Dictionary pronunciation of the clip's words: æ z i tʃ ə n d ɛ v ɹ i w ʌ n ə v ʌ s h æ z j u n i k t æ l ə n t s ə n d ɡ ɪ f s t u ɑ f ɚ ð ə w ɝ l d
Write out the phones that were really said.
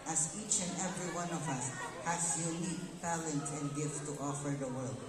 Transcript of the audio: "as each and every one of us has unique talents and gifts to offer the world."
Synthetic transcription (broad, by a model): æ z i tʃ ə n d ɛ v ɹ i w ʌ n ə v ʌ s h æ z j u n i k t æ l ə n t ə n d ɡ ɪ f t t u ɑ f ɚ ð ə w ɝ l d